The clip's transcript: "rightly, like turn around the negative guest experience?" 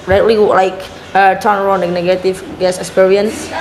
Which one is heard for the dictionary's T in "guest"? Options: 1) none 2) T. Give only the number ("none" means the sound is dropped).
1